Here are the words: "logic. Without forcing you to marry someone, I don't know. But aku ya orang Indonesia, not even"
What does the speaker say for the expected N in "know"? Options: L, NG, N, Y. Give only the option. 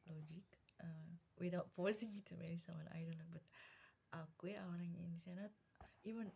L